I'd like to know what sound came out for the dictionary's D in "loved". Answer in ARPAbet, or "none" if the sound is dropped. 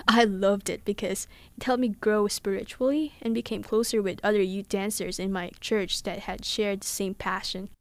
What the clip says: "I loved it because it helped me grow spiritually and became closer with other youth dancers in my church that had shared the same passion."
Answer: D